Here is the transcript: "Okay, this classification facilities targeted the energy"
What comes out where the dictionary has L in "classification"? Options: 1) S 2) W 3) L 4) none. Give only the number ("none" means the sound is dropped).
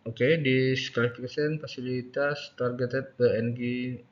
4